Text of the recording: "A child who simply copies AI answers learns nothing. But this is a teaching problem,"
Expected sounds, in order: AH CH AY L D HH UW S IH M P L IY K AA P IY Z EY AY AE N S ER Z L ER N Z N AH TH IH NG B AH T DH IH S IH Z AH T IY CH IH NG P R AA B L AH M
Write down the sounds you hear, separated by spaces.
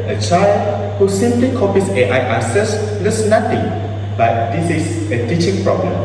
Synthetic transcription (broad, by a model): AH CH AY L D HH UW S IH M P L IY K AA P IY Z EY AY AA S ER S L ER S N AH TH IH NG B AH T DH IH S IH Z AH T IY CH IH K P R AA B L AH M